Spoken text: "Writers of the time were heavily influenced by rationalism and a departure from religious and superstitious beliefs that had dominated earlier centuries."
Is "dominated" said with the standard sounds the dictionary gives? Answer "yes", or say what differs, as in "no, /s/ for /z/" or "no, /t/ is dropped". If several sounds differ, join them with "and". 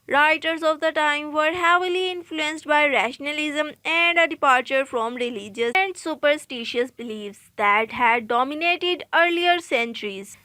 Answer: yes